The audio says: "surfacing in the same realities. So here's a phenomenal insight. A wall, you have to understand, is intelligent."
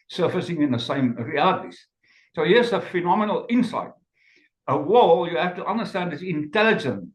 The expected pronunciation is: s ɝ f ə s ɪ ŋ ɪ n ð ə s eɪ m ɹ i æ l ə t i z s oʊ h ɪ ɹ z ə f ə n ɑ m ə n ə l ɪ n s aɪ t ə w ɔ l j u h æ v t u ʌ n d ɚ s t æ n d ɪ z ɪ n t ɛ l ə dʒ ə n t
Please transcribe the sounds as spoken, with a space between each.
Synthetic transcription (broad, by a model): s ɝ f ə s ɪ ŋ ɪ n ð ə s eɪ m ɹ i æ l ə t i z s oʊ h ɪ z ə f ə n ɑ m ə n ə l ɪ n s aɪ t ə w ɔ l j u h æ f t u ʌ n d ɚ s t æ n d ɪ s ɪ n t ɛ l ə dʒ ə n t